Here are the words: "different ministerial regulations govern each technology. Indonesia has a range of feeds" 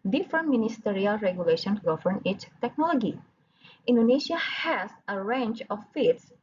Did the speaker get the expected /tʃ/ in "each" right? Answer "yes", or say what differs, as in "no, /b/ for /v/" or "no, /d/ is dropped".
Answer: no, /s/ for /tʃ/